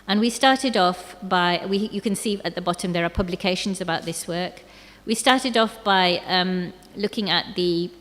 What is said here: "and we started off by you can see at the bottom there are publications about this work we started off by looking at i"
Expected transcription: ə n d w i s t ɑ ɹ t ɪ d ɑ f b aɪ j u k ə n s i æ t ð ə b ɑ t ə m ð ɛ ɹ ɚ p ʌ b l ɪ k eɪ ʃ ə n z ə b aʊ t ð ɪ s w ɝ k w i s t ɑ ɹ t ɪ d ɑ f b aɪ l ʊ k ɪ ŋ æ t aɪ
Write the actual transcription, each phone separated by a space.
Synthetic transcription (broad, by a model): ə n w i s t ɑ ɹ t ɪ d ɑ f b aɪ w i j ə n s i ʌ t ð ə b ɑ t ə m ð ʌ ɹ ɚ p ʌ b l ɪ k eɪ ʃ ə n z ə b aʊ t ð ɪ s w ɝ k w i s t ɑ ɹ t ɪ d ɑ f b aɪ l ʊ k ɪ ŋ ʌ t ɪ